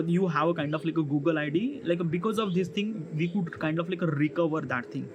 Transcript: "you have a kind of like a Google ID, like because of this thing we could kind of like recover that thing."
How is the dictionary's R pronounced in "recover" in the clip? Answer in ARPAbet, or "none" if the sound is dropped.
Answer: R